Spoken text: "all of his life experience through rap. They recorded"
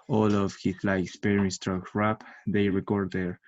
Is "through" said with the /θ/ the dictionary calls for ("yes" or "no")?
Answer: no